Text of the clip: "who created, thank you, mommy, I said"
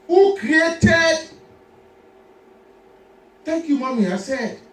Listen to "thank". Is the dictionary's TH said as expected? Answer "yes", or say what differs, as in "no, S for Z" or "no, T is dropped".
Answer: no, T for TH